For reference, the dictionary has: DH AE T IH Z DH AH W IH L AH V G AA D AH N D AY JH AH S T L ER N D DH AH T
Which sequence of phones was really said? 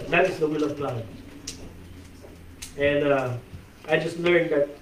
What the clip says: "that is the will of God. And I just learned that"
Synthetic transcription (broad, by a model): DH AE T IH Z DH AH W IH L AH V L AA AH N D AY JH AH S T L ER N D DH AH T